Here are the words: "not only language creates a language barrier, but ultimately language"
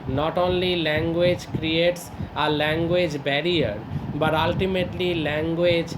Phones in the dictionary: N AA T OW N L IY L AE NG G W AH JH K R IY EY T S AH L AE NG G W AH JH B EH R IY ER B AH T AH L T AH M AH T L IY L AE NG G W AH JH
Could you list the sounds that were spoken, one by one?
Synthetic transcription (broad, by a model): N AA T OW N L IY L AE NG G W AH JH K R IY EY T S AH L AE NG G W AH JH B EH R IY ER B AH T AH L T AH M AH T L IY L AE NG G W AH JH